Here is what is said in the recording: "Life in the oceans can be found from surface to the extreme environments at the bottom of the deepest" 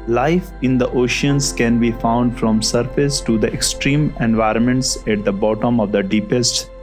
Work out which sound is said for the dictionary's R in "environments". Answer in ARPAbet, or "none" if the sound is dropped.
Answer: R